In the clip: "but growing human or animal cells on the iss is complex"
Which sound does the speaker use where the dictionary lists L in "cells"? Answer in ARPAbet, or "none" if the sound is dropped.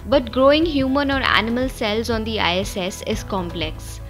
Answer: L